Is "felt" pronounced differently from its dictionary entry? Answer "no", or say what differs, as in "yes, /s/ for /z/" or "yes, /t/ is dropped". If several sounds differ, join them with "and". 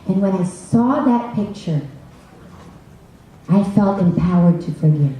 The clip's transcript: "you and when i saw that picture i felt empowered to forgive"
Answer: no